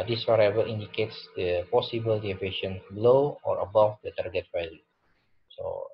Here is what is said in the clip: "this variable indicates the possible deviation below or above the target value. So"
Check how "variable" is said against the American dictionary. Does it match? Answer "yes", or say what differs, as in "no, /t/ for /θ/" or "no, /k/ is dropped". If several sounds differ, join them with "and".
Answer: no, /w/ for /v/